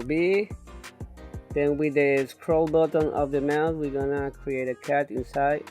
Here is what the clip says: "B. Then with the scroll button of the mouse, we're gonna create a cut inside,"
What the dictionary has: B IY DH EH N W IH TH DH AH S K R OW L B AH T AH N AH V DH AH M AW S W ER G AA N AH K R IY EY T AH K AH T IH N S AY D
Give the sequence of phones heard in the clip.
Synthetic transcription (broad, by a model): B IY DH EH N W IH DH AH S K R OW L B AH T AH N AH V DH AH M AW TH W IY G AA N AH K R IY EY T AH K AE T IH N S AY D